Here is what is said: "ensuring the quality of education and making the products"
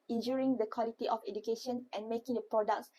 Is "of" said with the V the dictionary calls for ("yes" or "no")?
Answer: no